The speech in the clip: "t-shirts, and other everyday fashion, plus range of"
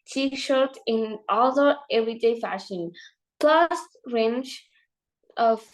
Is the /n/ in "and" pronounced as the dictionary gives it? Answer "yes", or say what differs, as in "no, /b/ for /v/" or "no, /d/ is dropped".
no, /l/ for /n/